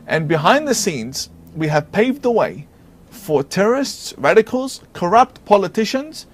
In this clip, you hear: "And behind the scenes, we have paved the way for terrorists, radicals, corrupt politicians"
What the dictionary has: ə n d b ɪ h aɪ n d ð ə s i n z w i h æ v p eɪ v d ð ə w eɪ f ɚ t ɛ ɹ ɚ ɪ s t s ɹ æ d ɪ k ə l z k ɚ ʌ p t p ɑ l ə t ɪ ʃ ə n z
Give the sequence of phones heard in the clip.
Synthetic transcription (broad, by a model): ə n b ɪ h aɪ n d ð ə s i n z w i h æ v p eɪ v d ð ə w eɪ f ɚ t ɛ ɹ ɚ ɪ s t s ɹ æ d ɪ k ə l z k ɚ ʌ p t p ɑ l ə t ɪ ʃ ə n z